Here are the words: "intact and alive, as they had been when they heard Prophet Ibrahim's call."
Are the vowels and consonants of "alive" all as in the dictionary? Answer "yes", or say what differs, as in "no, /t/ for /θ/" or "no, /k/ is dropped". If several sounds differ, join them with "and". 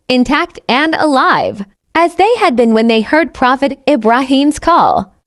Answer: yes